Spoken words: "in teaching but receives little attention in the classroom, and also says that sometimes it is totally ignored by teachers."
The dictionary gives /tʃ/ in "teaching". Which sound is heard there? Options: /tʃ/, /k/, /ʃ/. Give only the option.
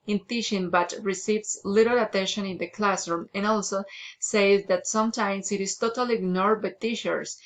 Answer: /ʃ/